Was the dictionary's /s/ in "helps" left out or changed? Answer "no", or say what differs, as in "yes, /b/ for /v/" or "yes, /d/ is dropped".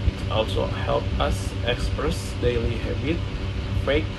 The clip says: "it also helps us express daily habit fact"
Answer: yes, /s/ is dropped